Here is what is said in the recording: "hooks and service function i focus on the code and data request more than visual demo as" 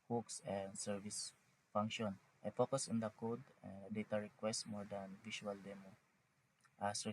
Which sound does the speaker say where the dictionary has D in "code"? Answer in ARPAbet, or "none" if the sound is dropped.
D